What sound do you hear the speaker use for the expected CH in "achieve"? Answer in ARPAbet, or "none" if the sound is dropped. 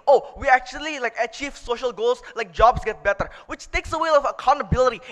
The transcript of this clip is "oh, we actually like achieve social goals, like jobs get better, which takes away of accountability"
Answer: CH